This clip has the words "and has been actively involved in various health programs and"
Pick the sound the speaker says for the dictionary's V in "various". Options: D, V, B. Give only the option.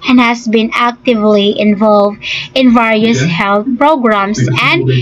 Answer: V